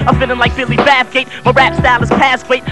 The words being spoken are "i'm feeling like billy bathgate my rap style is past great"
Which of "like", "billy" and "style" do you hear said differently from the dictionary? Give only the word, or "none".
style